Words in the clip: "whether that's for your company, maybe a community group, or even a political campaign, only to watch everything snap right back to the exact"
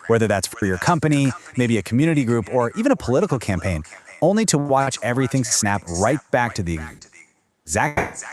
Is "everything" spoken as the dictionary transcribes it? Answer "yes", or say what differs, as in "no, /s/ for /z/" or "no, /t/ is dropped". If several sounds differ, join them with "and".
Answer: yes